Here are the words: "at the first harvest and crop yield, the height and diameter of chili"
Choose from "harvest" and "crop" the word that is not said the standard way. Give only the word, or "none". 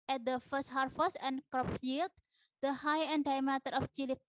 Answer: harvest